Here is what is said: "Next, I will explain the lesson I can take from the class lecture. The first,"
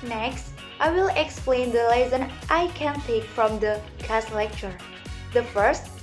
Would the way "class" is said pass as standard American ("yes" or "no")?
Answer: no